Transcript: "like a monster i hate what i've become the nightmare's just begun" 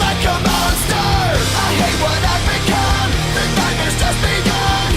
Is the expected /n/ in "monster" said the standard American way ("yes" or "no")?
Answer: no